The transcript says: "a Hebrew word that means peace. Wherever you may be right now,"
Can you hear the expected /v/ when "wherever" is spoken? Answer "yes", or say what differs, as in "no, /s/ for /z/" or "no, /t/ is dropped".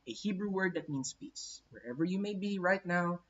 yes